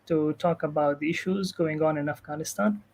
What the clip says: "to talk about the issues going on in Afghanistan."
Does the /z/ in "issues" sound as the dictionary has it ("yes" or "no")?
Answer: yes